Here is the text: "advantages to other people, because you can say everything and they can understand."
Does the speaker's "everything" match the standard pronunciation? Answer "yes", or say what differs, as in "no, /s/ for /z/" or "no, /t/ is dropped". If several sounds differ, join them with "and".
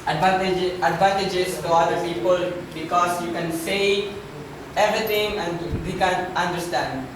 no, /t/ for /θ/